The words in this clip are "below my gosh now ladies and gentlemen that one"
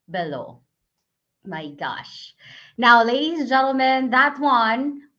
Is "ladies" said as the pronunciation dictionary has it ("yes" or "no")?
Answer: yes